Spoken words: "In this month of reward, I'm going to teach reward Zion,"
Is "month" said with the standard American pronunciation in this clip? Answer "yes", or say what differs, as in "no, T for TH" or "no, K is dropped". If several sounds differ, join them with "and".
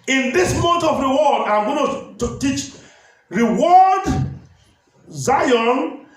no, T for TH